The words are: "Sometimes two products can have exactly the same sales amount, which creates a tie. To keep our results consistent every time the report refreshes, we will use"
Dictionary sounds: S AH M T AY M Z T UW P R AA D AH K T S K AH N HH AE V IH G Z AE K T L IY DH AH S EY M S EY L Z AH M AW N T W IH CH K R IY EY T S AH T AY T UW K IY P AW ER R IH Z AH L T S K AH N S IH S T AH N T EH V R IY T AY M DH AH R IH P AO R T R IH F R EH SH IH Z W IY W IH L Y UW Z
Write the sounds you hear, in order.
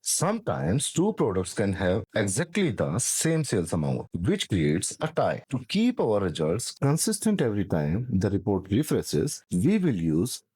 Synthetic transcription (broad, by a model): S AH M T AY M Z T UW P R AA D AH K T S K AH N HH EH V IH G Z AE K T L IY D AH S EY M S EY L S AH M AW N T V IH CH K R IY EY T S AH T AY T UW K IY P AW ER R IH Z AH L T S K AH N S IH S T AH N T EH V R IY T AY M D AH R IH P AO R T R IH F R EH S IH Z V IY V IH L Y UW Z